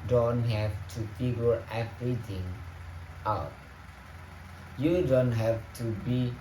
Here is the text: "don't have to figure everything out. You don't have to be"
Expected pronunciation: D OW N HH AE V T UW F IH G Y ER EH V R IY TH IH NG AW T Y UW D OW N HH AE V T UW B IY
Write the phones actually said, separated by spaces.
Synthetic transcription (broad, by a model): D OW N HH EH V T UW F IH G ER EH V R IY T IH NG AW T Y UW D OW N HH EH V T UW B IY